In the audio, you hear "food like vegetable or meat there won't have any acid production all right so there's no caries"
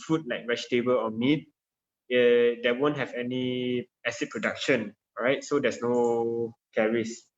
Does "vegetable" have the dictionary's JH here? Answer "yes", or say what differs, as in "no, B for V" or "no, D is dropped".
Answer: no, SH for JH